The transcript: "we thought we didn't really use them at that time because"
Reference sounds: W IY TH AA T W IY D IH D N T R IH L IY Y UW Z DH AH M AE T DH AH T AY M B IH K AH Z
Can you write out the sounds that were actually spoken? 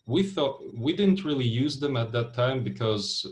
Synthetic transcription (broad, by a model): W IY TH AA T W IY D IH D N T R IH L IY Y UW Z DH AH M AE T DH AH T AY M B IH K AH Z